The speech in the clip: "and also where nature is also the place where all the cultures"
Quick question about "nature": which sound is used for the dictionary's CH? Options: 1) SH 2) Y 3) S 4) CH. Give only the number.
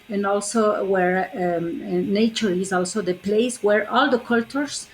4